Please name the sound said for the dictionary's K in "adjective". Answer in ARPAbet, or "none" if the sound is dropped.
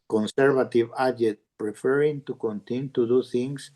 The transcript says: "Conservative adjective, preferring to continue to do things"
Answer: none